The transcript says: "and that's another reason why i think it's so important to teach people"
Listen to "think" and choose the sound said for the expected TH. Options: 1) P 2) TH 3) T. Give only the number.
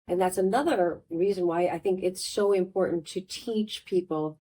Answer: 2